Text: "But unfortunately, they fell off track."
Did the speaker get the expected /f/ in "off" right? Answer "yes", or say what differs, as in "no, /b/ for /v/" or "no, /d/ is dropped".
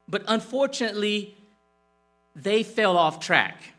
yes